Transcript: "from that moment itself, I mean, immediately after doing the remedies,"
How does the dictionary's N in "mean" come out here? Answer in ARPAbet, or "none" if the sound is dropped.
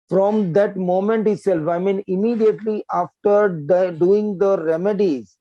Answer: N